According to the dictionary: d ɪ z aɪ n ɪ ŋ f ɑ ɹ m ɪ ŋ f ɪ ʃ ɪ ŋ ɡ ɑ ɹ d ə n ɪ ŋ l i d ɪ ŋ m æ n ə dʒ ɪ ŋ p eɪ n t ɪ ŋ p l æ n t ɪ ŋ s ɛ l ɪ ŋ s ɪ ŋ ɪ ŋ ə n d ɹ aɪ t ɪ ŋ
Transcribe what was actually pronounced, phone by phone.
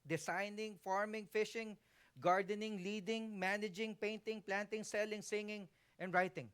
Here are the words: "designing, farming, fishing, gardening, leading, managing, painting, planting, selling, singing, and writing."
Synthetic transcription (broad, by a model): d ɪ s aɪ n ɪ ŋ f ɑ ɹ m ɪ ŋ f ɪ ʃ ɪ ŋ ɡ ɑ ɹ d ə n ɪ ŋ l i d ɪ ŋ m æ n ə dʒ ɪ ŋ p eɪ n t ɪ ŋ p l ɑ n t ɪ ŋ s ɛ l ɪ ŋ s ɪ ŋ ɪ ŋ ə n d ɹ aɪ t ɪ ŋ